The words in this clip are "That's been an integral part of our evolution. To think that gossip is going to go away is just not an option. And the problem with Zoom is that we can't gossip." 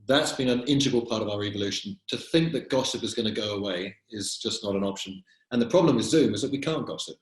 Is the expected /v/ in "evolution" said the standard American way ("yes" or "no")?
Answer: yes